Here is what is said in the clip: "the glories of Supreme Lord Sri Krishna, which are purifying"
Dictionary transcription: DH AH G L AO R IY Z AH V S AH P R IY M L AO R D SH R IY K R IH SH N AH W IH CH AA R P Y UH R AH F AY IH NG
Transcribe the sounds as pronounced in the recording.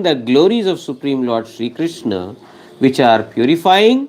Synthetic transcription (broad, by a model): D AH G L AO R IY Z AH V S AH P R IY M L AO R D SH R IY K R IH SH N AH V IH CH AA R P Y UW R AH F AY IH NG